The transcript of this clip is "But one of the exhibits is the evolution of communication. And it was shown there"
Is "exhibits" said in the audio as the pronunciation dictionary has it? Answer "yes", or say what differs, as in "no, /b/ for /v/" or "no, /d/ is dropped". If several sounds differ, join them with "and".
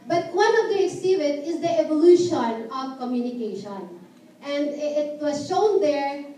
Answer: no, /s/ is dropped